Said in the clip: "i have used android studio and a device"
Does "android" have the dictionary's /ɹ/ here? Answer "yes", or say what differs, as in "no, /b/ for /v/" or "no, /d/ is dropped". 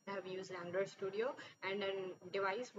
no, /ɹ/ is dropped